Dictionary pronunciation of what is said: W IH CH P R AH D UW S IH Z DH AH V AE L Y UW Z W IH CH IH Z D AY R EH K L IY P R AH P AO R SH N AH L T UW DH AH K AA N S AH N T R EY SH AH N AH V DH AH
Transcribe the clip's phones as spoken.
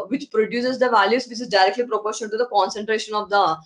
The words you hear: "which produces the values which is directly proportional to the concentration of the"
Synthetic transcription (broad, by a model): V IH CH P R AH D UW S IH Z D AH V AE L Y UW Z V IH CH IH Z D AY R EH K L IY P R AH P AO R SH AH N T UW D AH K AA N S AH N T R EY SH AH N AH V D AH